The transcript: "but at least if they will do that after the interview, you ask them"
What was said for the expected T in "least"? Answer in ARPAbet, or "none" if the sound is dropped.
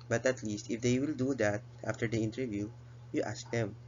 T